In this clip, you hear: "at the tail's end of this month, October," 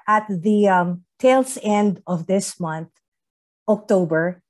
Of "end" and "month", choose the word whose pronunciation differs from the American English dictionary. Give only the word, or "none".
none